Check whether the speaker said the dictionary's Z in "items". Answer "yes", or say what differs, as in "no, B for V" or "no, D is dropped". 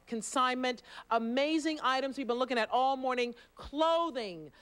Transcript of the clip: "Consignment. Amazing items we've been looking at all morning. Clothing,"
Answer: yes